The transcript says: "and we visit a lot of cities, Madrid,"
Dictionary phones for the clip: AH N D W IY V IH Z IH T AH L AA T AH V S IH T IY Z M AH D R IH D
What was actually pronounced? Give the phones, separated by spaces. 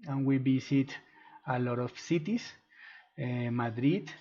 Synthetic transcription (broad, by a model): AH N W IY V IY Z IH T AH L AA T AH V S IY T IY S M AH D R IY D